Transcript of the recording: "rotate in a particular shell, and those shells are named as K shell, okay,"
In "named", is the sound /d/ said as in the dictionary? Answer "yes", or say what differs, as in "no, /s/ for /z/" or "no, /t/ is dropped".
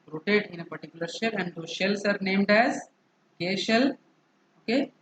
yes